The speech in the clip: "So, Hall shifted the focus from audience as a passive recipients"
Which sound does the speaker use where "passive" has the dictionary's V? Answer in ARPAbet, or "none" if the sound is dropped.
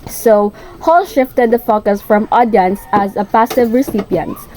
V